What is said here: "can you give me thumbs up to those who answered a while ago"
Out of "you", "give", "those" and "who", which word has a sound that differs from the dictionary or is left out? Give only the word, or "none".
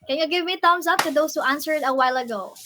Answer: those